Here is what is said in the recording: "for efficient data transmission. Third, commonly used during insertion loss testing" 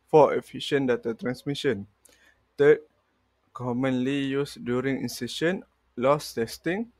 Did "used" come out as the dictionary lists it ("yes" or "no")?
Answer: no